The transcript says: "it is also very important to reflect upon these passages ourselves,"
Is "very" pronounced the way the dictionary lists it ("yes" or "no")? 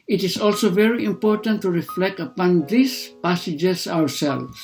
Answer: yes